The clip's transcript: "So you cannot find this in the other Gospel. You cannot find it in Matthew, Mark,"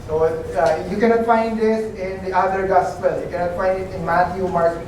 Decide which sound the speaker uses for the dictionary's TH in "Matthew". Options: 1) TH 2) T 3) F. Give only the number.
2